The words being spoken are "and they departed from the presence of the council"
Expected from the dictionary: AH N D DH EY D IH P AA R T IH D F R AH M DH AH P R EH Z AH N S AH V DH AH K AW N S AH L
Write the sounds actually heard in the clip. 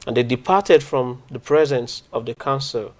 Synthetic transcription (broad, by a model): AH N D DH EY D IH P AA T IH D F R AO M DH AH P R EH Z AH N S AH V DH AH K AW N S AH L